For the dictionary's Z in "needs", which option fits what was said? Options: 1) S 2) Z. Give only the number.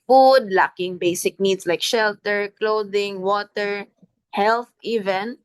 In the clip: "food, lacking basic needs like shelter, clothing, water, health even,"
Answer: 1